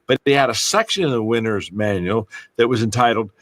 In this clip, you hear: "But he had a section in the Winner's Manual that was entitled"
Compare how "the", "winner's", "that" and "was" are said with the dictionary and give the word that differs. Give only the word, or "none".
none